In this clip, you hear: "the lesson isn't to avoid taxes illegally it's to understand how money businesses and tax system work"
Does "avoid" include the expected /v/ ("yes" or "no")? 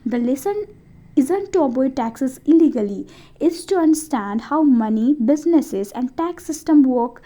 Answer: no